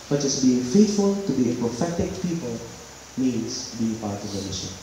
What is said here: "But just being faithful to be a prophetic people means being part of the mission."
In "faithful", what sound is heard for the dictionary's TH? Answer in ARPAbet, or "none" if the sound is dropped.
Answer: T